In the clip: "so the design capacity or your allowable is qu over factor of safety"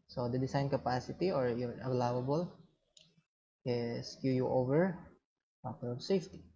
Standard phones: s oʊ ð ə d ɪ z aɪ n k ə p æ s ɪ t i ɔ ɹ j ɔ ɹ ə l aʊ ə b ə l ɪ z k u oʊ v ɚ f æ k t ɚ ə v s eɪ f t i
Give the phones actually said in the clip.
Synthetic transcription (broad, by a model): s oʊ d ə d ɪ s aɪ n k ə p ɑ s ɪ t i ɔ ɹ j ɔ ɹ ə l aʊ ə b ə l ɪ s k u oʊ v ɚ p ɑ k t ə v s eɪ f t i